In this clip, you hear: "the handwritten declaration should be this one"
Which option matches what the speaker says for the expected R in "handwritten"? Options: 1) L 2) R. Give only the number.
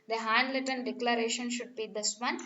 1